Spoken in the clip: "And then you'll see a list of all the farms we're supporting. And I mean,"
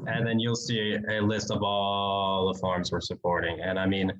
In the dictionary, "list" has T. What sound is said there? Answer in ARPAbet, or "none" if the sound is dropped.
T